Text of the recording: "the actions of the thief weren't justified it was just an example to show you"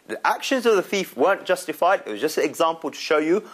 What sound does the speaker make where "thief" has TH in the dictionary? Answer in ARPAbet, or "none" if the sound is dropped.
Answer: TH